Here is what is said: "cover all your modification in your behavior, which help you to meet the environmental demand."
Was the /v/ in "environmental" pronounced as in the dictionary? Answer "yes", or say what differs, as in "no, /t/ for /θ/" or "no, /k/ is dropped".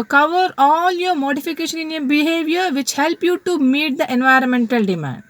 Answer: yes